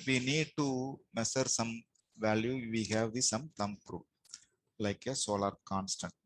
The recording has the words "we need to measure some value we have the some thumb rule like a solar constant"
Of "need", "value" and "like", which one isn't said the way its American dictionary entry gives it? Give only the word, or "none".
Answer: none